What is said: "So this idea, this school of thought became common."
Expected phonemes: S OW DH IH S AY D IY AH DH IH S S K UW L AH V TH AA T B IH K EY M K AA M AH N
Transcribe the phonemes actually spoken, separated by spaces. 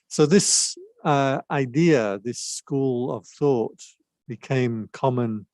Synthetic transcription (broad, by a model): S OW DH IH S AY D IY AH DH IH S S K UW L AH V TH AA T B IH K EY M K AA M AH N